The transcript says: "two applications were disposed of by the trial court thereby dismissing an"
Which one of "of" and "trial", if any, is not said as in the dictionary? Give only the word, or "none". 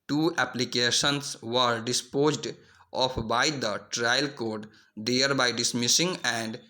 of